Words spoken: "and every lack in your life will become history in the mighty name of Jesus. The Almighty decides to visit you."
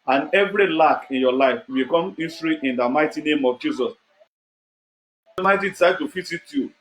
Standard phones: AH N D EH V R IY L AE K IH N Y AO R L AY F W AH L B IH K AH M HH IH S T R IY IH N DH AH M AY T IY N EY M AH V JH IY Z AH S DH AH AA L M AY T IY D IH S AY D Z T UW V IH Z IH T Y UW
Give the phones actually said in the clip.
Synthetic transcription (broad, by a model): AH N EH V R IY L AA K IH N Y AO L AY F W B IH K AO M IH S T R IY IH N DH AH M AY T IY N EY M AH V JH IY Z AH S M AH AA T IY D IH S AY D T UW F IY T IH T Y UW